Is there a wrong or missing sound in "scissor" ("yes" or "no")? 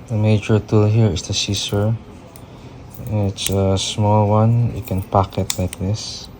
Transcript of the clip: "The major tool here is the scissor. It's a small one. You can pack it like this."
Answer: yes